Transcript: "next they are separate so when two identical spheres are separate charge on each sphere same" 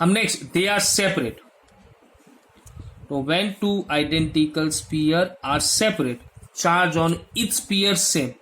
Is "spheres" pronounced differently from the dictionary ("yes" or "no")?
yes